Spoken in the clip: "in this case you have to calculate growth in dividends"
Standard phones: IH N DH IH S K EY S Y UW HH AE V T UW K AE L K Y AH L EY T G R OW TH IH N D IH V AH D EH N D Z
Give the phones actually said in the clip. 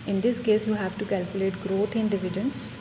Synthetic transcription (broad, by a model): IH N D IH S K EY S Y UW HH AE V T UW K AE L K Y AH L EY T G R OW T IH N D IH V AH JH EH N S